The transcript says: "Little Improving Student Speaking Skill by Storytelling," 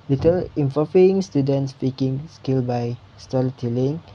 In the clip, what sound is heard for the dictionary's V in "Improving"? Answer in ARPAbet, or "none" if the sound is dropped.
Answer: none